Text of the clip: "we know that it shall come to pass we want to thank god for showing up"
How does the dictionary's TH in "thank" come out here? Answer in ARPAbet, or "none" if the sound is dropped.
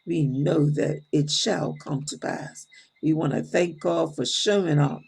TH